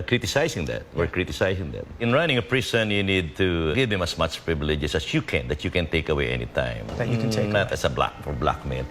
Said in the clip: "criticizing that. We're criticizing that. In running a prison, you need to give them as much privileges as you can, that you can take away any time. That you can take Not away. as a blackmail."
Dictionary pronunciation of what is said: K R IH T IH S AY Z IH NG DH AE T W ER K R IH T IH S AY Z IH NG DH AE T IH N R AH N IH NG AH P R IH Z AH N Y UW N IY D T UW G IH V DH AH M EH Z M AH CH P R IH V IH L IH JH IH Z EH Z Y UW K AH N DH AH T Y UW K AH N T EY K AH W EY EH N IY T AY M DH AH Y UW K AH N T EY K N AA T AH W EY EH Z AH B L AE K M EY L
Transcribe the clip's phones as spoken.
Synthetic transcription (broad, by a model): K R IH T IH S AY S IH NG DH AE T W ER K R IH T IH S AY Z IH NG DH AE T IH N R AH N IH NG AH P R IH S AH N Y UW N IY D T UW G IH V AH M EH S M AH CH P R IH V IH L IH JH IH S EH S Y UW K AH N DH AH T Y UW K AH N T EY K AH W EY EH N IY T AY M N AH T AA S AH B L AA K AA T B L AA K M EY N